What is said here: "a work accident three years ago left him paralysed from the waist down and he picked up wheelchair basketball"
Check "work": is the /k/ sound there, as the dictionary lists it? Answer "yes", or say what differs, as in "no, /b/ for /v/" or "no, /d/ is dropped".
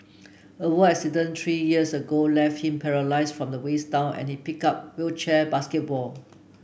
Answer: no, /k/ is dropped